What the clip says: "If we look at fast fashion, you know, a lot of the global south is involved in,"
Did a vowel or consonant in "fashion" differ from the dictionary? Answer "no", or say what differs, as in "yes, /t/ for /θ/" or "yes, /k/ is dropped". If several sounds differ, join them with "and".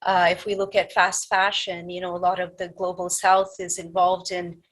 no